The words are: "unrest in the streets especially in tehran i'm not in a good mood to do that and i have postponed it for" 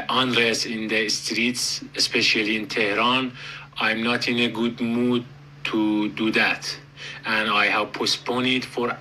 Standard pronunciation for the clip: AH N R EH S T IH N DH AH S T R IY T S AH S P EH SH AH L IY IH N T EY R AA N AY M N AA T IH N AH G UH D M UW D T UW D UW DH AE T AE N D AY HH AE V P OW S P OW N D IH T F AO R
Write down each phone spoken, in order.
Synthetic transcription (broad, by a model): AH N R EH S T IH N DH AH S T R IY T S AH S P EH SH AH L IY IH N T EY R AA N AY M N AA T IH N AH G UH D M UW D T UW D UW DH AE T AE N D AY HH AE V P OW S P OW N IH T F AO R